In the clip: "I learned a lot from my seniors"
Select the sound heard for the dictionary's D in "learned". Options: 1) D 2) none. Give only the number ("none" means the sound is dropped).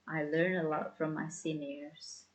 2